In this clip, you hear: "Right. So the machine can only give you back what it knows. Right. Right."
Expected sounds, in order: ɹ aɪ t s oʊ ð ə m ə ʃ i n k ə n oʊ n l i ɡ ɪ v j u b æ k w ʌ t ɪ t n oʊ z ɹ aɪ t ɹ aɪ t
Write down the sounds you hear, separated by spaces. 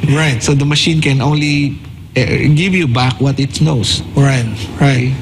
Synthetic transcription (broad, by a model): ɹ aɪ t s oʊ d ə m ə ʃ i n k ə n oʊ n l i ɡ ɪ v j u b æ k w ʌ t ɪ t n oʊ s ɹ aɪ t ɹ aɪ t